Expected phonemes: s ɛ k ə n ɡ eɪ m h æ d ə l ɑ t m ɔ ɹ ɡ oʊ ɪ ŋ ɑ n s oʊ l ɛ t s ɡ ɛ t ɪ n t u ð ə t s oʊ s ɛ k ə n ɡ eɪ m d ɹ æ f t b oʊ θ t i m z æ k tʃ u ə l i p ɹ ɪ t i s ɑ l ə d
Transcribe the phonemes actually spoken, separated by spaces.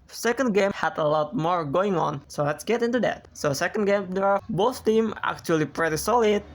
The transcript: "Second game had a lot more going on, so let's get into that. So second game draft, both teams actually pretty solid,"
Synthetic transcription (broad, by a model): s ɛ k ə n ɡ eɪ m h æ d ə l ɑ t m ɔ ɹ ɡ oʊ ɪ ŋ ɑ n s oʊ l ɛ t s ɡ ɛ t ɪ n t u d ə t s oʊ s ɛ k ə n ɡ eɪ m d ɛ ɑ b oʊ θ t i m æ k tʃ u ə l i p ɹ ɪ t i s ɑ l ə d